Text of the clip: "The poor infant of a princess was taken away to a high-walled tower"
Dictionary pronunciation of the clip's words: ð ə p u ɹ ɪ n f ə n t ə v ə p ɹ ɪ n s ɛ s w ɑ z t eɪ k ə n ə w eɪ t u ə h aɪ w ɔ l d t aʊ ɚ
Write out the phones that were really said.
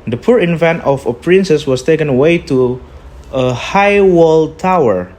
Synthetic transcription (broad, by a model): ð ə p u ɹ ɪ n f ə n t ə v ə p ɹ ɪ n s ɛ s w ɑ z t eɪ k ə n ə w eɪ t u ə h aɪ w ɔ l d t aʊ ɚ